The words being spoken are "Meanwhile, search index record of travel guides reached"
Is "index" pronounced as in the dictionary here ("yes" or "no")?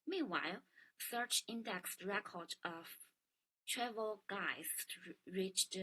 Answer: yes